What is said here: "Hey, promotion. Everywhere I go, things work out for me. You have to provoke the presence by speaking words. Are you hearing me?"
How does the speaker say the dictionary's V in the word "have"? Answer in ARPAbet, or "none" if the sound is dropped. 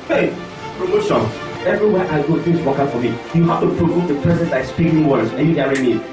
F